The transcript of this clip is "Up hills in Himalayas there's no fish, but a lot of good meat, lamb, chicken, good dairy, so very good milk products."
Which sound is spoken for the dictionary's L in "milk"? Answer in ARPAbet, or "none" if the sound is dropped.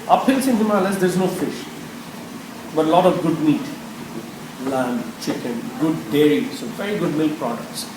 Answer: L